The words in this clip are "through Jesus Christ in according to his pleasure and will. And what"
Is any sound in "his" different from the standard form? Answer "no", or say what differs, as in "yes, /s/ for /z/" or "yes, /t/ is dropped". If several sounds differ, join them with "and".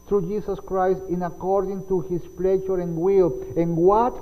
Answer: yes, /s/ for /z/